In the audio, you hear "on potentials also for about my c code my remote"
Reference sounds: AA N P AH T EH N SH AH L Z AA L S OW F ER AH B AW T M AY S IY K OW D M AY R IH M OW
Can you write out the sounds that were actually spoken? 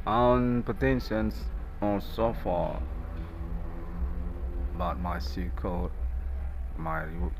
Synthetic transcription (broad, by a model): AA N P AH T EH N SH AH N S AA N S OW F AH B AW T M AY S IY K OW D M AY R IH